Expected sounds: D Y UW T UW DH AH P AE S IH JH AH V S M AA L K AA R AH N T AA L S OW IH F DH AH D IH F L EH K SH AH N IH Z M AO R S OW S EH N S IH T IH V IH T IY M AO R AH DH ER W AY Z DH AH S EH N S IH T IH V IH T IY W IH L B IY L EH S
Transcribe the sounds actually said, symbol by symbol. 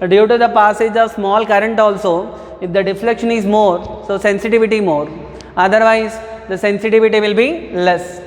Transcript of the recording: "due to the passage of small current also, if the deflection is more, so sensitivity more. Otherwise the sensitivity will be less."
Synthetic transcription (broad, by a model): D Y UW T UW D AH P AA S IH JH AH V S M AA L K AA R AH N T AA L S OW IH F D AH D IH F L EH K SH AH N IH Z M AO R S OW S EH N S IH T IH V IH T IY M AO R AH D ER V AY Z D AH S EH N S IH T IH V IH T IY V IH L B IY L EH S